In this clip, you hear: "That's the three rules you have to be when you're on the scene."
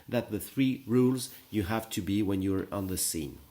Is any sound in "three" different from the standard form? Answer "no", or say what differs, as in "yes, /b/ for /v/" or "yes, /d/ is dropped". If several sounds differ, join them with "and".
no